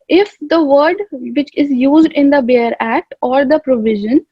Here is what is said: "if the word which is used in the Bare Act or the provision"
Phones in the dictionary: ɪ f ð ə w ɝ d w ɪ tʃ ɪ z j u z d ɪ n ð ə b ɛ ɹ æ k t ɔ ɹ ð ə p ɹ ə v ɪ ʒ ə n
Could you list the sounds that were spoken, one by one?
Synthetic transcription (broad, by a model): ɪ f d ə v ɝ d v ɪ tʃ ɪ z j u z d ɪ n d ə b ɛ ɹ æ k t ɔ ɹ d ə p ɹ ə v ɪ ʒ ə n